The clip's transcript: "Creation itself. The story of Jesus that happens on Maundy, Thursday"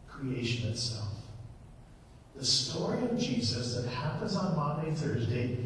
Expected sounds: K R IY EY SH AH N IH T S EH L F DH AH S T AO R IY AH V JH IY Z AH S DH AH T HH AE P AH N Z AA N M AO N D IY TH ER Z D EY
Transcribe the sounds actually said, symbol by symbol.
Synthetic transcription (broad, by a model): K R IY EY SH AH N IH T S EH L F DH AH S T AO R IY AH V JH IY Z AH S DH AH T HH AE P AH N Z N M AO N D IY TH ER Z D EY